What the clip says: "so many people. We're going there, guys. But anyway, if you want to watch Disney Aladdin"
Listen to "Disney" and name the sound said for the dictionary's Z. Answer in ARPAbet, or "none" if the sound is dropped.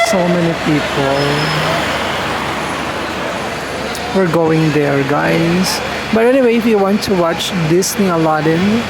S